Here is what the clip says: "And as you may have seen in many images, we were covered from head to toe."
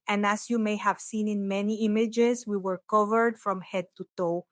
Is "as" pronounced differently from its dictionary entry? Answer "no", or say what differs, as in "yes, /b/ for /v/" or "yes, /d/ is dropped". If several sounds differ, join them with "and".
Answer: yes, /s/ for /z/